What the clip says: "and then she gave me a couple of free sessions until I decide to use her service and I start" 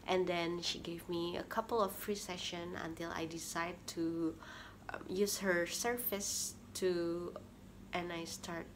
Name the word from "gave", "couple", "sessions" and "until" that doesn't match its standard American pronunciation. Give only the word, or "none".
sessions